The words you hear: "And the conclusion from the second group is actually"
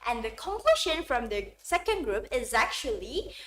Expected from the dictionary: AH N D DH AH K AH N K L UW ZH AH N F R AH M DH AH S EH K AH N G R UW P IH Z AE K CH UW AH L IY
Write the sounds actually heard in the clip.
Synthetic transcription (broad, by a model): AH N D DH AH K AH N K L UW SH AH N F R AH M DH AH S EH K AH N G R UW P IH Z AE K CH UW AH L IY